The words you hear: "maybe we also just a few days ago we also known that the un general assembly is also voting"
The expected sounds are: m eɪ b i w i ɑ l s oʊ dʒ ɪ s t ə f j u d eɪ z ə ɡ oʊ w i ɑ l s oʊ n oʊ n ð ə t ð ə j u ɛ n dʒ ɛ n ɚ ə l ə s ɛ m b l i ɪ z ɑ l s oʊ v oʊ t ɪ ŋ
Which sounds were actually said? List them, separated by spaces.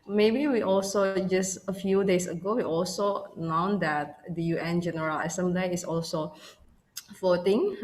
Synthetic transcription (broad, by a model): m eɪ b i w i ɑ l s oʊ dʒ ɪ s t ə f j u d eɪ s ə ɡ oʊ w i ɑ l s oʊ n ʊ n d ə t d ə j u ɛ n dʒ ɛ n ɚ ə l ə s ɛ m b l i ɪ s ɑ l s oʊ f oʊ t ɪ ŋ